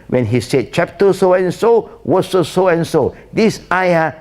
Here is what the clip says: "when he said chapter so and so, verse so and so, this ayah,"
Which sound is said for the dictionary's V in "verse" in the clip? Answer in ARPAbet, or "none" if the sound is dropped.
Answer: W